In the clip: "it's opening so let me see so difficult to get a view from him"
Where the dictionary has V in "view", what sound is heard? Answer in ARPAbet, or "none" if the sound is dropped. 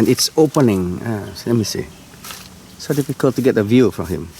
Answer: V